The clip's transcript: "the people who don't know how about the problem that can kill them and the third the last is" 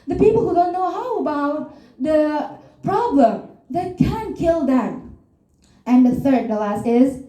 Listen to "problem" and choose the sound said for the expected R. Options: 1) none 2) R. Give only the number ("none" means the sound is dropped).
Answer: 2